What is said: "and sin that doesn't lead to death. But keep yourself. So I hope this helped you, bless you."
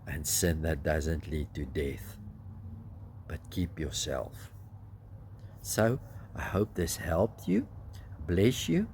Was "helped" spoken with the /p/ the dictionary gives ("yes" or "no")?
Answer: yes